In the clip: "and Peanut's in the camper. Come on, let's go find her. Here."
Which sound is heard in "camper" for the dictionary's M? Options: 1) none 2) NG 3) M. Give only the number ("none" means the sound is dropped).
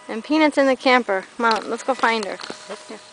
3